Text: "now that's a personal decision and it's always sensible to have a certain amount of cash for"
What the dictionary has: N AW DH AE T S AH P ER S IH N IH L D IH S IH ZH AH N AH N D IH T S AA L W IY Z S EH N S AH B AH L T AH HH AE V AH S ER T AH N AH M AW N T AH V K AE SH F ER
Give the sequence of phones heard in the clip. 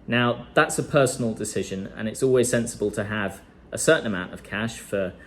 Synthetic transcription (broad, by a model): N AW DH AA T S AH P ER S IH N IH L D IH S IH ZH AH N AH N IH T S AA L W IY Z S EH N S AH B AH L T AH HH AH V AH S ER T N AH M AW N T AH V K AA SH F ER